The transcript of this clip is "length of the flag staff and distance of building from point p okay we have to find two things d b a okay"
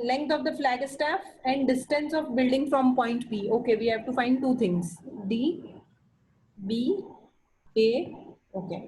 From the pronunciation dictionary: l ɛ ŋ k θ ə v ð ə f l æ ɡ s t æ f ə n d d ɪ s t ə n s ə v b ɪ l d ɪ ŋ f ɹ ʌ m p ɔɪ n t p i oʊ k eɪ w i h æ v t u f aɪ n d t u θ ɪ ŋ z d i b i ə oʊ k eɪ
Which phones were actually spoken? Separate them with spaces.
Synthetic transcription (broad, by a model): l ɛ ŋ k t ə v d ə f l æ ɡ s t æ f ə n d d ɪ s t ə n s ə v b ɪ l d ɪ ŋ f ɹ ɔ m p ɔɪ n t b i oʊ k eɪ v i h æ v t u f aɪ n d t u t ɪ ŋ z d i b i ə oʊ k eɪ